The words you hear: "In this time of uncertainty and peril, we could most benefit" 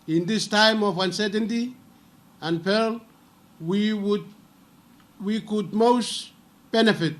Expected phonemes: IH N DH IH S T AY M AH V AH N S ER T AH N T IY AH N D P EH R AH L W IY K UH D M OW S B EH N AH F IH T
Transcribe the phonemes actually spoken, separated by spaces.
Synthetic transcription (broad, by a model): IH N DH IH S T AY M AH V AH N S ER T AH N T IY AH N P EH W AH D W IY K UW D M OW S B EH N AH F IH T